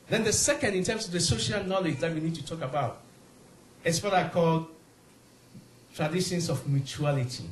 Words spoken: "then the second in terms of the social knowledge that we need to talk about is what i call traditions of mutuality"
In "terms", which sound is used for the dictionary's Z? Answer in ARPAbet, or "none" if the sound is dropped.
S